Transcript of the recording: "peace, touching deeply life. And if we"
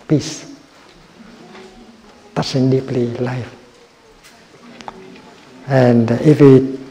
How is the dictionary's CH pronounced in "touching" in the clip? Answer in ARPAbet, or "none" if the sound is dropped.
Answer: S